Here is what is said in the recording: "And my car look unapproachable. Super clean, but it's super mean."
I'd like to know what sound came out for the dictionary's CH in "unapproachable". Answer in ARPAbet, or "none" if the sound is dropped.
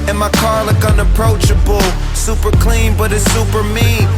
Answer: CH